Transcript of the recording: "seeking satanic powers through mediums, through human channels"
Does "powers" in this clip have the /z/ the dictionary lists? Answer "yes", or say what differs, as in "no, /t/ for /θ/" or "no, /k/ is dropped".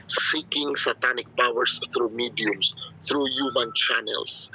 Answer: no, /s/ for /z/